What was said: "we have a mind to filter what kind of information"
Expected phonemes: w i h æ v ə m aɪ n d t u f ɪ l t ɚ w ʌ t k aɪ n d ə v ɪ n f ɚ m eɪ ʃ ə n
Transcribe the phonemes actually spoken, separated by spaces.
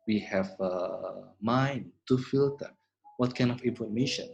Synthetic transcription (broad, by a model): w i h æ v ə m aɪ n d t u f ɪ l t ɚ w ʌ t k aɪ n d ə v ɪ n f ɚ m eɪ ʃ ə n